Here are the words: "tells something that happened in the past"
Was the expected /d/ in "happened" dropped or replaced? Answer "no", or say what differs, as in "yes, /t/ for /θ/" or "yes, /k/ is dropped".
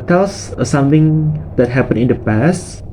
yes, /d/ is dropped